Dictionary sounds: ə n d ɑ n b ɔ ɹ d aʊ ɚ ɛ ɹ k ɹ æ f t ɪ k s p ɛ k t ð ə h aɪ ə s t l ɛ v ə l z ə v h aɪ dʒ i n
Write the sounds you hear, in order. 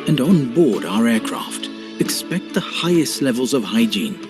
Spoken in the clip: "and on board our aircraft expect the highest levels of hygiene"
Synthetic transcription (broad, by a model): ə n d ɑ n b ɔ ɹ d aʊ ɚ ɛ ɹ k ɹ æ f t ɪ k s p ɛ k t ð ə h aɪ ə s t l ɛ v ə l z ə v h aɪ dʒ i n